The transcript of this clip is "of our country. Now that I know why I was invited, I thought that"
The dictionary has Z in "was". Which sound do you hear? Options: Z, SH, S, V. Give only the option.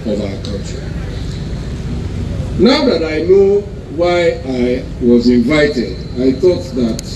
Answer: Z